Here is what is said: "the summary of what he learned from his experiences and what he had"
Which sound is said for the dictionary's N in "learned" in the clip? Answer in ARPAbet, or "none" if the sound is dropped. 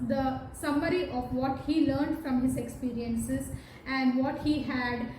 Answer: N